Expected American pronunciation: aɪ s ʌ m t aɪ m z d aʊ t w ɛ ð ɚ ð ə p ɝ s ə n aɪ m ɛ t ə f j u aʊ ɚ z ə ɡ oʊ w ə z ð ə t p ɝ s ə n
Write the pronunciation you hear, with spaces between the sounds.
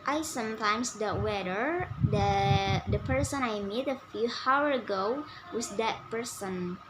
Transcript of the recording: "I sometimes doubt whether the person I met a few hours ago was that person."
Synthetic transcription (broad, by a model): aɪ s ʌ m t aɪ m s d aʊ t w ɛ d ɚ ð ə p ɝ s ə n aɪ m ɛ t ə f j u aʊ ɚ ə ɡ oʊ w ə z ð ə t p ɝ s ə n